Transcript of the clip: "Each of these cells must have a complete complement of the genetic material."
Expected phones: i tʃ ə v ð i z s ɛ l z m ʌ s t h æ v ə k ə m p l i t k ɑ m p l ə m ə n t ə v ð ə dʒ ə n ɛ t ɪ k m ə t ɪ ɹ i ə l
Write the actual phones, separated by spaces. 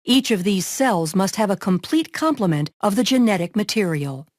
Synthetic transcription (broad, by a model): i tʃ ə v ð i z s ɛ l z m ʌ s t h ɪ v ə k ə m p l i t k ɑ m p l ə m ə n t ə v ð ə dʒ ə n ɛ t ɪ k m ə t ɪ ɹ i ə l